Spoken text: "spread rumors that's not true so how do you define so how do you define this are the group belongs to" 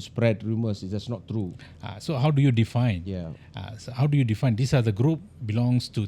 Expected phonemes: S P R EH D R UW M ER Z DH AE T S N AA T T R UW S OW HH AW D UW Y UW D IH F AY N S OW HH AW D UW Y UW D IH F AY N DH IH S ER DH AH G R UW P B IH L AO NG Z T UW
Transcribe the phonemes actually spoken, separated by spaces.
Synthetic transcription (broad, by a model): S P R EH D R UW M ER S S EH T S N AA T T R UW S OW HH AW D UW Y UW D IH F AY N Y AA HH AW D UW Y UW D IH F AY N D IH S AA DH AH G R UW P B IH L AO NG S T UW